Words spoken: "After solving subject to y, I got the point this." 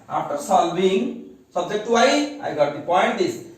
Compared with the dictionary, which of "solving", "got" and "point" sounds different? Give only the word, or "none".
solving